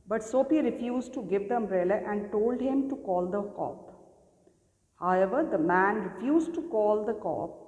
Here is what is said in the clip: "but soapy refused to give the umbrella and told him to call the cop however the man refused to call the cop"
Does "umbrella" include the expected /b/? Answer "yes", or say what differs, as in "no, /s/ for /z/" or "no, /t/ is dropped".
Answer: no, /b/ is dropped